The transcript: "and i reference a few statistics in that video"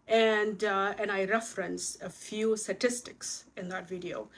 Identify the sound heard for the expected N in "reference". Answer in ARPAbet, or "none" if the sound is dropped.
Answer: N